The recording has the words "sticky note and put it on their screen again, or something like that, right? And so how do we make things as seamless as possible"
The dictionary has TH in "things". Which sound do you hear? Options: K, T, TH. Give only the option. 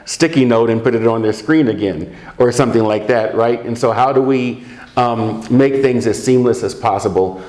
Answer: TH